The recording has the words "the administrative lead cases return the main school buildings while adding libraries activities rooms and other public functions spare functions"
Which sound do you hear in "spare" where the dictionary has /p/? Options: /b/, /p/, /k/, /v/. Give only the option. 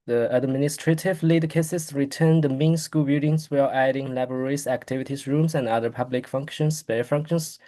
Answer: /b/